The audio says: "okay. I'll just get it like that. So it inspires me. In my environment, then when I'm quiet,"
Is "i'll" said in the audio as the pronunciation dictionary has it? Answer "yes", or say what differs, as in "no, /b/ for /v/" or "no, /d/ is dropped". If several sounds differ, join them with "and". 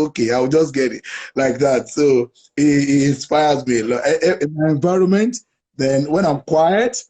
no, /w/ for /l/